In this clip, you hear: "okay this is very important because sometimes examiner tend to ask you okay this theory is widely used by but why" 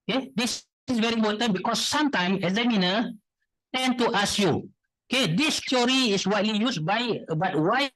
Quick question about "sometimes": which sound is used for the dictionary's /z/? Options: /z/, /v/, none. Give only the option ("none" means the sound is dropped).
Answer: none